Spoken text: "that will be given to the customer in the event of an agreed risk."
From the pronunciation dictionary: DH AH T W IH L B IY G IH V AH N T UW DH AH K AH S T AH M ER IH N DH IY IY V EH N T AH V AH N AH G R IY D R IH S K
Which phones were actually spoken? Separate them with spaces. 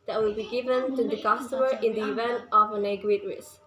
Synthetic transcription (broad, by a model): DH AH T W IH L B IY G IH V AH N T UW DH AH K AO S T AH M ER IH N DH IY IY V EH N T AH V AH N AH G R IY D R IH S